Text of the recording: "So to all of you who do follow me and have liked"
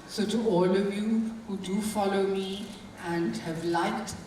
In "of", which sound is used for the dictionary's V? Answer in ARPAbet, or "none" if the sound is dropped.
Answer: V